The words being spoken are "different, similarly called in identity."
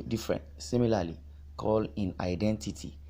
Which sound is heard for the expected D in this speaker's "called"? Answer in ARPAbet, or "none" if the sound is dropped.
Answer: none